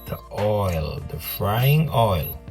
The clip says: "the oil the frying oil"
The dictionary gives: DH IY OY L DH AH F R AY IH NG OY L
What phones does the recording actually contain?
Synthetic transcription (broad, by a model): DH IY OY L DH AH F R AY IH NG OY L